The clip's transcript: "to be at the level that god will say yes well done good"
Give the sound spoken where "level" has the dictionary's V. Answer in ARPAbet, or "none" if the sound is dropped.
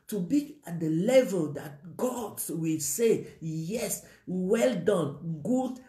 V